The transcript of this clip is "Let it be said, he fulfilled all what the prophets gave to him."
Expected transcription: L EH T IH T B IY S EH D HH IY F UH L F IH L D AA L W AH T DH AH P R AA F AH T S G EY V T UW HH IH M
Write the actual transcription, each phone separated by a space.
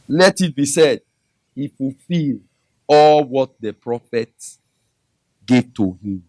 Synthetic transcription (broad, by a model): L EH T IH T B IY S EH D HH IY F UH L F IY L AA L W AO T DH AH P R AA F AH T G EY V T UW HH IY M